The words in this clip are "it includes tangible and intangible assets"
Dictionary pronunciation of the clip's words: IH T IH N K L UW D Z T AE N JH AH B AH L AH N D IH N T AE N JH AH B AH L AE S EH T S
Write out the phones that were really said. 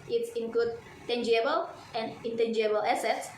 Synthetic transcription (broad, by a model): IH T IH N K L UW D T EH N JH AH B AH L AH N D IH N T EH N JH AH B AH L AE S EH T S